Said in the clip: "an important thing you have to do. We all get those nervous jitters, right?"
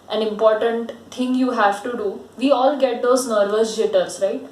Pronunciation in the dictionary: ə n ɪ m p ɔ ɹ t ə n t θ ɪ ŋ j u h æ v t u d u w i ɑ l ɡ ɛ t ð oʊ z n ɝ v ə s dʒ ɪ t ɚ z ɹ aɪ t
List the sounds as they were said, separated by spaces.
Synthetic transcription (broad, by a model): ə n ɪ m p ɔ ɹ t ə n t t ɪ ŋ j u h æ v t u d u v i ɑ l ɡ ɛ t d oʊ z n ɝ v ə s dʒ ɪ t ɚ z ɹ aɪ t